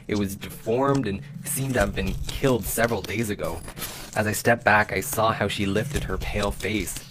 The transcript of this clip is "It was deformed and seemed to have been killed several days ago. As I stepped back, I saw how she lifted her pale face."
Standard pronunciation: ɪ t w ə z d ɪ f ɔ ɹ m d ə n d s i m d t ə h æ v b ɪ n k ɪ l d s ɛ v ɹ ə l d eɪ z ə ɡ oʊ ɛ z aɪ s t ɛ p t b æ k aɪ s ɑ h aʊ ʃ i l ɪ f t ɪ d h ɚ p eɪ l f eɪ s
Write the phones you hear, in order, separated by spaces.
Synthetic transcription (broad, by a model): ɪ t w ə z d ɪ f ɔ ɹ m d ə n s i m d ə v b ɪ n k ɪ l d s ɛ v ɹ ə l d eɪ z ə ɡ oʊ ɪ z aɪ s t ɛ p b æ k aɪ s ɑ h aʊ ʃ i l ɪ f t ɪ d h ɚ p eɪ l f eɪ s